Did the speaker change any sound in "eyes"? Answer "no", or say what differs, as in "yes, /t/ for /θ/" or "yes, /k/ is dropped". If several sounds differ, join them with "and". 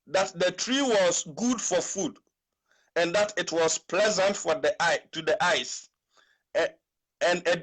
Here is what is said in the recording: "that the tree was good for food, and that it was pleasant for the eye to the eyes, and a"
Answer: yes, /s/ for /z/